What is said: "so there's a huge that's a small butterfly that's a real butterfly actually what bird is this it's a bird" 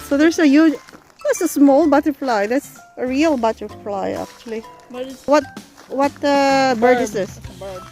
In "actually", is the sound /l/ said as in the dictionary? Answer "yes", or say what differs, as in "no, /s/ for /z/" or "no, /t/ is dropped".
no, /w/ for /l/